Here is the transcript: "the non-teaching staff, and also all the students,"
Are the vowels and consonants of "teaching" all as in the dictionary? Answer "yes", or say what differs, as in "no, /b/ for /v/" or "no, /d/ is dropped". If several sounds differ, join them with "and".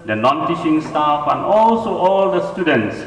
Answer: no, /ʃ/ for /tʃ/